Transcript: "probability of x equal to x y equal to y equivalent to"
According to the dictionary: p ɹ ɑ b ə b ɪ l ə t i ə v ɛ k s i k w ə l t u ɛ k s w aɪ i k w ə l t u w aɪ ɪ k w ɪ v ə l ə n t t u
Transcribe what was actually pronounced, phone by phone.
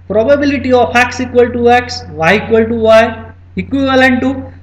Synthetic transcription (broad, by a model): p ɹ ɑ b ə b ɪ l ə t i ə p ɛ k s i k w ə l t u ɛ k s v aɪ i k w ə l t u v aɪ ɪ k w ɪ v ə l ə n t t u